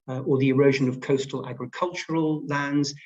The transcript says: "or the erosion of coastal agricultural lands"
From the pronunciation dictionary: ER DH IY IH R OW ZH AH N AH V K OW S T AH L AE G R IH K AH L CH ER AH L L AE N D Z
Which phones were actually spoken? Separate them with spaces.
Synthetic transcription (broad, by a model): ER DH IY IH R OW ZH AH N AH V K OW S T AH L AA G R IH K AH L CH ER AH L L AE N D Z